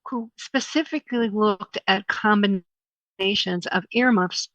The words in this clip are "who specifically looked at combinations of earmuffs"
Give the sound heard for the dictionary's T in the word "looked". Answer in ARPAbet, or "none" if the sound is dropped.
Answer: T